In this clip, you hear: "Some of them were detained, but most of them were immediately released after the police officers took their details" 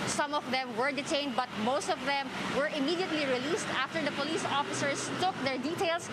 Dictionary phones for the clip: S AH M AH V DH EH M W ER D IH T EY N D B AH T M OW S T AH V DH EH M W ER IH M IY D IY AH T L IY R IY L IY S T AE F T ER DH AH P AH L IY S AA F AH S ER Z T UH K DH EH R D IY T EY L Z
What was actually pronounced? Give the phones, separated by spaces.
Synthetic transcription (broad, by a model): S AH M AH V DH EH M W ER D IH T EY N D B AH T M OW S T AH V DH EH M W ER IH M IY D IY AH T L IY R IY L IY S T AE F T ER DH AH P AH L IY S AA F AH S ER S T UH K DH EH R D IY T EY L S